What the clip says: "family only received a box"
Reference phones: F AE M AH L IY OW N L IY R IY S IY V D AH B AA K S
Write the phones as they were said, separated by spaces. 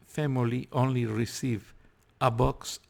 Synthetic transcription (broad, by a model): F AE M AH L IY OW N L IY R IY S IY V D AH B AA K S